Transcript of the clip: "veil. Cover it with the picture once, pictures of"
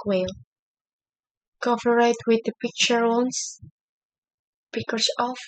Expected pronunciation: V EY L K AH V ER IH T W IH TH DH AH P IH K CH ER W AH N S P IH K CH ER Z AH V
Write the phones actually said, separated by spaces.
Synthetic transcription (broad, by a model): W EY L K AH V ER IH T W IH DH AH P IH K CH ER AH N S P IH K ER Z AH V